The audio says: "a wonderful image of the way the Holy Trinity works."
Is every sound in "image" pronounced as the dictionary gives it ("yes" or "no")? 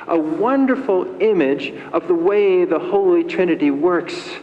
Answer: yes